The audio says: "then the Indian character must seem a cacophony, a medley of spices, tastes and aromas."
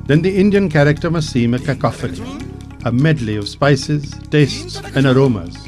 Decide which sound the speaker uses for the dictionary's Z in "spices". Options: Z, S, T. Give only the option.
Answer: Z